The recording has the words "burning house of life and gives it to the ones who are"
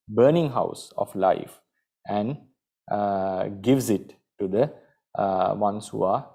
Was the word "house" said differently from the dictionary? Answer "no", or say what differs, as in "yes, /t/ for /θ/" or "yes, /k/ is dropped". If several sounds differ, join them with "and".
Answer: no